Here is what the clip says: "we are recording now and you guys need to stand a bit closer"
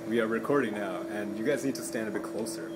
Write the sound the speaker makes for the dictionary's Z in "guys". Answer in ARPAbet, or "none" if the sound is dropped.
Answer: Z